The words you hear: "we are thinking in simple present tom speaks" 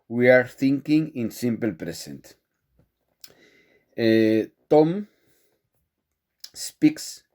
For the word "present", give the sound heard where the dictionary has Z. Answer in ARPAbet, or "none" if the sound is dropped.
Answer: S